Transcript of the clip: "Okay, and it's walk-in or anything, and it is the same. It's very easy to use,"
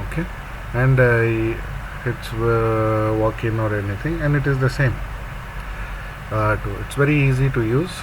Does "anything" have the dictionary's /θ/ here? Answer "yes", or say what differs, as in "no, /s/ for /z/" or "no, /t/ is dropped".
no, /t/ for /θ/